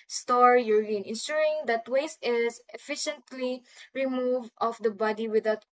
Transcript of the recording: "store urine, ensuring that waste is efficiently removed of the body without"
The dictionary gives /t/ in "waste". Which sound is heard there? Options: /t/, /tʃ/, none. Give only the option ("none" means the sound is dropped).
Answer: none